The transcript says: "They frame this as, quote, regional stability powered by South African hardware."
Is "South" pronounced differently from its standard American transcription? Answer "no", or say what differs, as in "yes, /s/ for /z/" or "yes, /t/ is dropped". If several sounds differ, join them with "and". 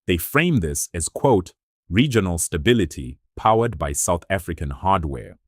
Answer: no